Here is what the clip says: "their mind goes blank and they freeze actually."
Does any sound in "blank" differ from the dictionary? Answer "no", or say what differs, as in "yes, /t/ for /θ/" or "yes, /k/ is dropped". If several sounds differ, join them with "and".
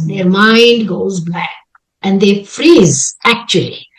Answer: yes, /l/ is dropped and /ŋ/ is dropped